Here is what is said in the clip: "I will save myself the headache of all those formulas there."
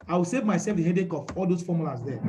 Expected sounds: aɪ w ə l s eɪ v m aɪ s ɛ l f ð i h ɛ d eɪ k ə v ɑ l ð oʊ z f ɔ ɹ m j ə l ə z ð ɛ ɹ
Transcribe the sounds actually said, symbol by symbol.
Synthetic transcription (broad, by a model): aɪ w ə l s eɪ v m aɪ s ɛ l f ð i h ɛ d eɪ k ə p ɑ l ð oʊ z f ɔ m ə l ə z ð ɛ